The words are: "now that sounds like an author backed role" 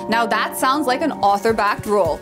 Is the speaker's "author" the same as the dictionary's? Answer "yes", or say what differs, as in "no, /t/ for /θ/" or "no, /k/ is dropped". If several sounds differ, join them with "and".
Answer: yes